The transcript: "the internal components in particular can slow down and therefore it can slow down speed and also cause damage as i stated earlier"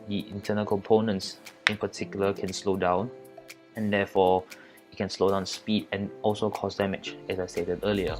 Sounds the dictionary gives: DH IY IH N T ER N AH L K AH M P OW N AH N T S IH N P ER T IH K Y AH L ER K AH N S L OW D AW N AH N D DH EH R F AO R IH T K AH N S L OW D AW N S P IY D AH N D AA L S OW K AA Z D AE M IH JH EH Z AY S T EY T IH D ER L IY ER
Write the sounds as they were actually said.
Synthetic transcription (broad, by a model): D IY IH N T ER N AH L K AH M P OW N AH N T S IH N P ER T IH K Y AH L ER K AH N S L OW D AW N AH N D EH F AO IH T K AH N S L OW D AW N S P IY D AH N AA L S OW K AA S D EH M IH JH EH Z AY S T EY T IH D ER L IY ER